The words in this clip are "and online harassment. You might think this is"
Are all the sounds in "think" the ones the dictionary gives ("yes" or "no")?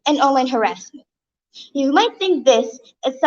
yes